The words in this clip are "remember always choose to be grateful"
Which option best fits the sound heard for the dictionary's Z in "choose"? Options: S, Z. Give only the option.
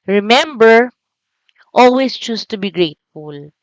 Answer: S